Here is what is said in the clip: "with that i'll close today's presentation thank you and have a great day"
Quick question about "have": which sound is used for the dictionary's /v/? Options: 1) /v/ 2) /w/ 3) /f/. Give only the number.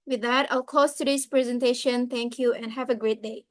1